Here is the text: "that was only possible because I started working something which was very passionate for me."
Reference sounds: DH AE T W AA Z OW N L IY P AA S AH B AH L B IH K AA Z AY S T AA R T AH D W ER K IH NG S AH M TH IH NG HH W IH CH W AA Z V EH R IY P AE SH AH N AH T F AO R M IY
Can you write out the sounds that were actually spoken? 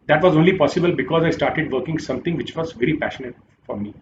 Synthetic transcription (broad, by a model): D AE T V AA Z OW N L IY P AA S AH B AH L B IH K AA Z AY S T AA R T AH D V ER K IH NG S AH M T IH NG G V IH CH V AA Z V EH R IY P AE SH AH N AH T F AO R M IY